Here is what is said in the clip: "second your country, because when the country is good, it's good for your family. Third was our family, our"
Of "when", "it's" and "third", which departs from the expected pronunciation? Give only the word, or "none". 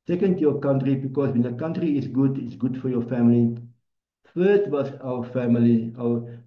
third